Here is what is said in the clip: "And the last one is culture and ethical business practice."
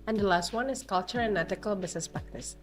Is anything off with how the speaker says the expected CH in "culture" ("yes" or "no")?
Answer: no